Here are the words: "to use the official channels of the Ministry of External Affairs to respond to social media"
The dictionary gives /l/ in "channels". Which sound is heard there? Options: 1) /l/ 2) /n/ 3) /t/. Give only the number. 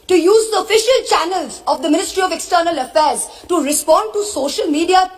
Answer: 1